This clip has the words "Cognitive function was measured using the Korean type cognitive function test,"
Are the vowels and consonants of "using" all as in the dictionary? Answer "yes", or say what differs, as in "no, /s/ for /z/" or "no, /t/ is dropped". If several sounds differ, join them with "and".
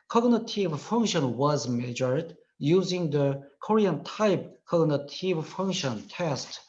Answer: yes